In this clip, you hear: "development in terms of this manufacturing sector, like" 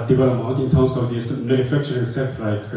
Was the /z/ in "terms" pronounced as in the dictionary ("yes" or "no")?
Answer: no